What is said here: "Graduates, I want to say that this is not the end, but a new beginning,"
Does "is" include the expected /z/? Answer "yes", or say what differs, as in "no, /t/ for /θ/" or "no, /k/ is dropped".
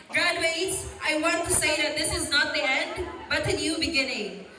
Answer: yes